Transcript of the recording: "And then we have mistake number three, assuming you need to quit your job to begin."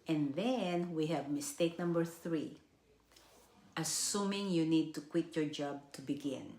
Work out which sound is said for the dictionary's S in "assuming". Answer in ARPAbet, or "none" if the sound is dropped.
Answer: S